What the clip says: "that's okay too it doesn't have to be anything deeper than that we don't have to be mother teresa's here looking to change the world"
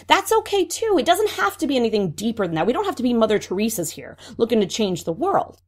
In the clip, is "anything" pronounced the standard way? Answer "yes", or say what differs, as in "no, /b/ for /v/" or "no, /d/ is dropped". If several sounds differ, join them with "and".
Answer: yes